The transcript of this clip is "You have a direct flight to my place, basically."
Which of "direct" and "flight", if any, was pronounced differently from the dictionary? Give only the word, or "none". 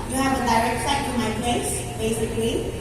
flight